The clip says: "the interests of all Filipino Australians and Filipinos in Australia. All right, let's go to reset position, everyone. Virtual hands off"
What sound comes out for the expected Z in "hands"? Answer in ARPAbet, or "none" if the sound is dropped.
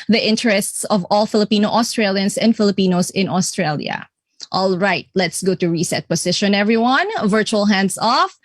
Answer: S